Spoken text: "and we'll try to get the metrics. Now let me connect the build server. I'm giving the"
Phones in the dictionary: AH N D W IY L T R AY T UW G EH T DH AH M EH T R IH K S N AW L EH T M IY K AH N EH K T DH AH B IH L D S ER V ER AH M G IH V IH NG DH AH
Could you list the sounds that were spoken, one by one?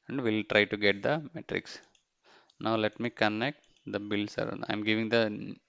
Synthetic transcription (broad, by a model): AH N D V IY L T R AY T UW G EH T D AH M EH T R IH K S N AW L EH T M IY K AH N EH K T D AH B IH L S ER AA AH M G IH V IH NG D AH